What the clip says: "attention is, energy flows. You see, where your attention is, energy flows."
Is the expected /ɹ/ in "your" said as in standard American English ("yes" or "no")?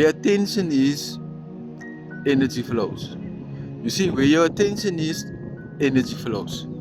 no